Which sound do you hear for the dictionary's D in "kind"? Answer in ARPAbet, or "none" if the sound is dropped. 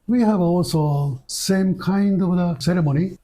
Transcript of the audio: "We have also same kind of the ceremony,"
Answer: D